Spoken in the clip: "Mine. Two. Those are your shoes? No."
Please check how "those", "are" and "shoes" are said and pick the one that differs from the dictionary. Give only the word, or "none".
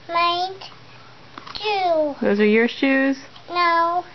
none